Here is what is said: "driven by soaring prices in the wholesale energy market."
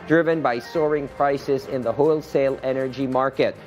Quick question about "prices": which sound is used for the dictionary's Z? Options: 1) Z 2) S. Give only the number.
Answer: 1